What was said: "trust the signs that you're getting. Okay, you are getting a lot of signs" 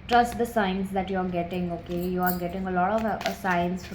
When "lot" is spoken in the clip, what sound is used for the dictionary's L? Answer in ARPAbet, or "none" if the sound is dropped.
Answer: L